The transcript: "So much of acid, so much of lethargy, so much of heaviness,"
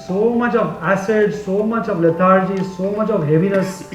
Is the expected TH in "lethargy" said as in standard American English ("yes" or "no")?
no